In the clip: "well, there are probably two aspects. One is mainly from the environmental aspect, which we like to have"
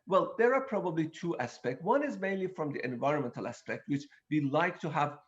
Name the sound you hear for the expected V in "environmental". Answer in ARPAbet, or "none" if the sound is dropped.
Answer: V